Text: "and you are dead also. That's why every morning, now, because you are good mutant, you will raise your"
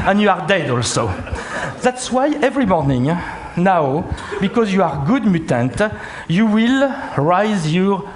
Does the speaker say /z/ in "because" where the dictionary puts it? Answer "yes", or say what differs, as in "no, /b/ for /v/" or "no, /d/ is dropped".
yes